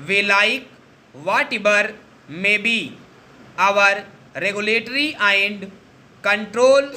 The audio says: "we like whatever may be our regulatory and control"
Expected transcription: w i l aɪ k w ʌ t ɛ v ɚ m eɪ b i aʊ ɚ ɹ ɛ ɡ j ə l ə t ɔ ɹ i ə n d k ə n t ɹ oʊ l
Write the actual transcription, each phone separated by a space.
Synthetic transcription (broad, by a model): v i l aɪ k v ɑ t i b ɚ m eɪ b i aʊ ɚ ɹ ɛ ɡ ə l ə t ɹ i ə n d k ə n t ɹ oʊ l